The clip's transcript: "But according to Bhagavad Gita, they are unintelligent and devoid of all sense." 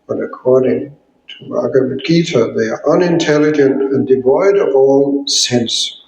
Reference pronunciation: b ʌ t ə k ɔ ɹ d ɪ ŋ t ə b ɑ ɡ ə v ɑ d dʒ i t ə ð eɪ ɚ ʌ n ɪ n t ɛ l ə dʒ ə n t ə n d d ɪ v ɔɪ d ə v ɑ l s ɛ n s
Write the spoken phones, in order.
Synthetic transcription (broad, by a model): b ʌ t ə k ɔ ɹ d ɪ ŋ t ə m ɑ ɡ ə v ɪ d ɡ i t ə ð eɪ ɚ ʌ n ɪ n t ɛ l ə dʒ ə n t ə n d d ɪ v ɔɪ d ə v ɑ l s ɛ n s